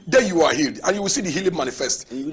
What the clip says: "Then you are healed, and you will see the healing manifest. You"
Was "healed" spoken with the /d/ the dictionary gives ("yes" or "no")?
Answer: yes